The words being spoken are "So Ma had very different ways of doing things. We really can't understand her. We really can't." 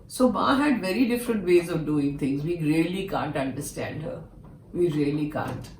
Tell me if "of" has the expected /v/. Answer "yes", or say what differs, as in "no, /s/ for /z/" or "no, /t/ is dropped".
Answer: yes